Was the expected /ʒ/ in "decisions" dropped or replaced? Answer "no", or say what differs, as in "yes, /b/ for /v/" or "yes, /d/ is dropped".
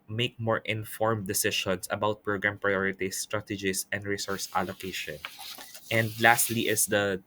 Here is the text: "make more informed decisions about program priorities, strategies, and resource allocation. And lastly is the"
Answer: yes, /ʃ/ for /ʒ/